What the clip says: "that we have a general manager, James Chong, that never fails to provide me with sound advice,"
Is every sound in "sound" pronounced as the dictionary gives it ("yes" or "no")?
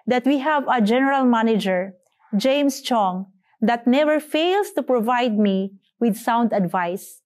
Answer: yes